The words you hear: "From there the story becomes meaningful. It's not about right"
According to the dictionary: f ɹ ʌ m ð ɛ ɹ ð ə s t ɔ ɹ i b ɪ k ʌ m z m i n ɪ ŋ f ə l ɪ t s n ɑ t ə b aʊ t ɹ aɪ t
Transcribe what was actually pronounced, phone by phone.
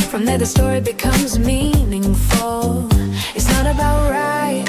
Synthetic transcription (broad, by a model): f ɹ ʌ m ð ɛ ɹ ð ə s t ɔ ɹ i b ɪ k ʌ m z m i n ɪ ŋ f ə l ɪ t s n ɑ t ə b aʊ t ɹ aɪ t